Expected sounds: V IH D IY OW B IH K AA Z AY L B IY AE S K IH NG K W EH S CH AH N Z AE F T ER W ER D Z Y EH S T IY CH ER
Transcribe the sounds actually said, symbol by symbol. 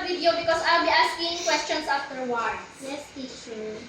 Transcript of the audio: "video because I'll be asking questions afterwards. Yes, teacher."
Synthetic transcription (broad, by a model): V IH D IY OW B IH K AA S AY L B IY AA S K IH NG K W EH S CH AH N S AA F T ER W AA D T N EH S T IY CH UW